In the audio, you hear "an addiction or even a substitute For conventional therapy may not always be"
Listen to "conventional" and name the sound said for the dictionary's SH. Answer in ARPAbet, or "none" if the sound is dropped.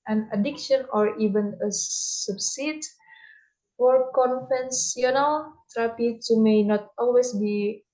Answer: S